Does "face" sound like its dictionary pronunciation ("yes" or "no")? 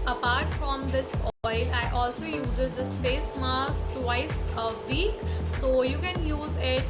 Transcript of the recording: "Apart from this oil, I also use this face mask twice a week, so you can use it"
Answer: no